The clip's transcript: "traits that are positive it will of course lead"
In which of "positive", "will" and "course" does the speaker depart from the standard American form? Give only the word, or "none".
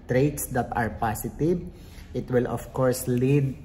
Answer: positive